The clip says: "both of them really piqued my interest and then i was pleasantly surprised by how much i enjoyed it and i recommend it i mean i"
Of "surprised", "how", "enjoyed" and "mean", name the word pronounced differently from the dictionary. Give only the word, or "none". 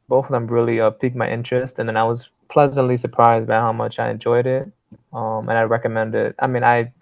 none